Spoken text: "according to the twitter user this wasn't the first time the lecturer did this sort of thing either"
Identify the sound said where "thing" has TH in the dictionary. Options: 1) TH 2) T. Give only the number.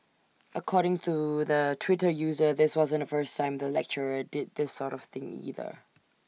1